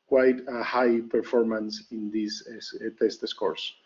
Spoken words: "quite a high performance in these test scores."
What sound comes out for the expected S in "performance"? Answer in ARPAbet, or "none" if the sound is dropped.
S